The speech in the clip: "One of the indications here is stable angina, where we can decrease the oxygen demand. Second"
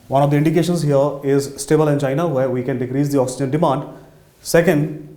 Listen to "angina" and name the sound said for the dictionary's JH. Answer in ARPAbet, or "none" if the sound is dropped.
CH